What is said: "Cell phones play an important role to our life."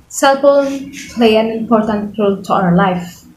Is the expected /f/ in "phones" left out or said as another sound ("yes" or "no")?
yes